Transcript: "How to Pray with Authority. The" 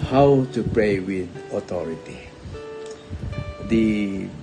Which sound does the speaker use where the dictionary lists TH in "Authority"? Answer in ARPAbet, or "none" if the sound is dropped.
T